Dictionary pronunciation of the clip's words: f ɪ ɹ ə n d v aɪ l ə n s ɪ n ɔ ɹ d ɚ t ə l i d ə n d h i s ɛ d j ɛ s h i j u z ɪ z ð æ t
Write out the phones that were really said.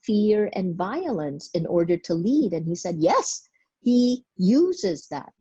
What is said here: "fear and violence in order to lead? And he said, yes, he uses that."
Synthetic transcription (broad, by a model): f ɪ ɹ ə n v aɪ l ə n s ɪ n ɔ ɹ d ɚ t ə l i d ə n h i s ɛ d j ɛ s h i j u z ɪ z ð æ t